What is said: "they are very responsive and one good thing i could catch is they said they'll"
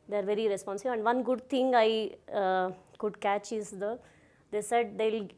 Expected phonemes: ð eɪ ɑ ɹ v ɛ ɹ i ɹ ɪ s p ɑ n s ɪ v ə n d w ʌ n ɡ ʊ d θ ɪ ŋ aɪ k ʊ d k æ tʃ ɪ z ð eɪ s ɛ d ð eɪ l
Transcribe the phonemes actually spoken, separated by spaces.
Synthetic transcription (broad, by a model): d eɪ ɑ ɹ v ɛ ɹ i ɹ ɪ s p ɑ n s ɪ b ə n d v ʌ n ɡ ʊ d t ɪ ŋ aɪ k ʊ d k æ tʃ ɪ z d eɪ s ɛ d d eɪ l